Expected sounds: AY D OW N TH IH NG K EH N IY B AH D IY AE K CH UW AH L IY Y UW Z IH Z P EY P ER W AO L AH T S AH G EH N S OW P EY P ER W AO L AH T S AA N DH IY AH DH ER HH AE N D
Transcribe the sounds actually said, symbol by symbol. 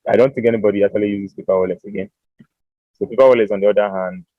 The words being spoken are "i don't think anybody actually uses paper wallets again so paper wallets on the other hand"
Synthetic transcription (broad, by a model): AY D OW N TH IH NG K EH N IY B AH D IY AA K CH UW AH L IY Y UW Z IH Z P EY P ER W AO L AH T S AH G EH N S OW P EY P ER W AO L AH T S AA N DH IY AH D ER HH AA N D